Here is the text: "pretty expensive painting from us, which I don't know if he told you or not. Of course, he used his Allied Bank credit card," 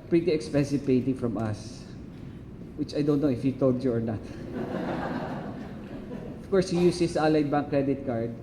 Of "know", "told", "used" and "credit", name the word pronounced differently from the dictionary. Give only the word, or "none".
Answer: used